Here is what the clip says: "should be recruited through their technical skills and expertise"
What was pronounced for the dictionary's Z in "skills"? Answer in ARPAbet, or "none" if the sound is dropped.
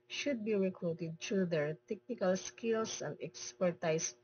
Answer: S